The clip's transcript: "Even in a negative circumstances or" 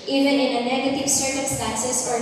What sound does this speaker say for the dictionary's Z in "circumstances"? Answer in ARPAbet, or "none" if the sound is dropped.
S